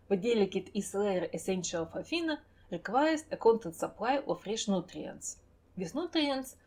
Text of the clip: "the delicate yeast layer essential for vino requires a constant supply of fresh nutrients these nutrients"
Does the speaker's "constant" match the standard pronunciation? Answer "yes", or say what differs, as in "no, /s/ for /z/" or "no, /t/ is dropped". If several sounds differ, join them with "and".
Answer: no, /s/ is dropped